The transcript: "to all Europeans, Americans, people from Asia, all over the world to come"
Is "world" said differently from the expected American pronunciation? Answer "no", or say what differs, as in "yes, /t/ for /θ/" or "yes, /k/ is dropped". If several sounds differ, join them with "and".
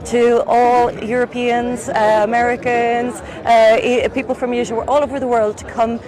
no